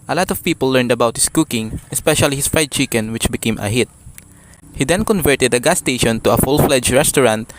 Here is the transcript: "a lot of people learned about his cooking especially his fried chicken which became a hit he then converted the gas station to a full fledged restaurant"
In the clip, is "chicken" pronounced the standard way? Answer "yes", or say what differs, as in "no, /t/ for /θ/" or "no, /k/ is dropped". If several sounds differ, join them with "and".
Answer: yes